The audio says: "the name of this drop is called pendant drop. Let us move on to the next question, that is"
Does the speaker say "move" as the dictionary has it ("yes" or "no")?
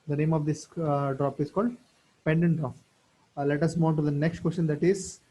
no